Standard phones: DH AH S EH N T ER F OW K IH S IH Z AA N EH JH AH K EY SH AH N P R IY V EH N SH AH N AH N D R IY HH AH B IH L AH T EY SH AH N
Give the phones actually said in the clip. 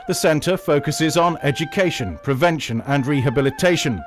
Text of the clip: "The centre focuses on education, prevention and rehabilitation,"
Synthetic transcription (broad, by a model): DH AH S EH N T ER F OW K IH S IH Z N EH JH AH K EY SH AH N P R IY V EH N SH AH N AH N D R IY HH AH B IH L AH T EY SH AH N